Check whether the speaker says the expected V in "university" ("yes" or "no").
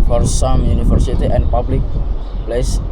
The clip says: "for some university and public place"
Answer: no